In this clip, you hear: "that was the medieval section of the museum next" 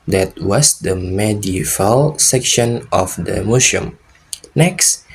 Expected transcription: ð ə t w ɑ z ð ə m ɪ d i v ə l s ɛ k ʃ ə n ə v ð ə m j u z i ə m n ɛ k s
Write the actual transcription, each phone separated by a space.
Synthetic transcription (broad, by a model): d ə t w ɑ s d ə m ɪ d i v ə l s ɛ k ʃ ə n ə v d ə m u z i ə m n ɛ k s